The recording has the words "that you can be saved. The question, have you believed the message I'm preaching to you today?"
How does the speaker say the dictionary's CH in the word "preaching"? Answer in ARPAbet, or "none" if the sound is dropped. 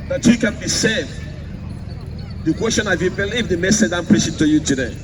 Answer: S